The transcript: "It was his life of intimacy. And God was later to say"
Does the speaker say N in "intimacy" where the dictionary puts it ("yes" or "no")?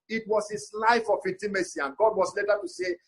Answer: no